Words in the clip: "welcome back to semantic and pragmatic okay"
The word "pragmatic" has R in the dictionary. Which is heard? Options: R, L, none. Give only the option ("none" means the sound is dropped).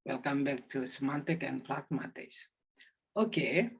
L